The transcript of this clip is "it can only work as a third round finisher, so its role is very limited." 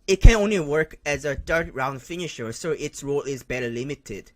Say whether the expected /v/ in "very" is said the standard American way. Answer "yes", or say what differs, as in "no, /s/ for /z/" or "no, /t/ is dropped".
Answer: no, /b/ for /v/